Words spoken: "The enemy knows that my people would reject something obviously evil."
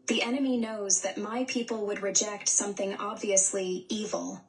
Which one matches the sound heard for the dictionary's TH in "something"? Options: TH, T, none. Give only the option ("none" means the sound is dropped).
TH